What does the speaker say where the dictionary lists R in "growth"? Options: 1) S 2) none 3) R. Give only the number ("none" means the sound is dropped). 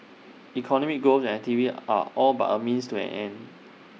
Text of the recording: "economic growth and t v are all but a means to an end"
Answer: 2